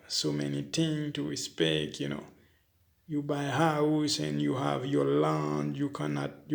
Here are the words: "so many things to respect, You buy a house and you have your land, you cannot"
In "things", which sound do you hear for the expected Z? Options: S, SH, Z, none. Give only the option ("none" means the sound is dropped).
none